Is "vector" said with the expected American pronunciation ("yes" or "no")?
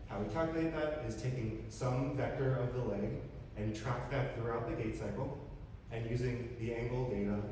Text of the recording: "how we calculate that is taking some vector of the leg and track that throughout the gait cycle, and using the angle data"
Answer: yes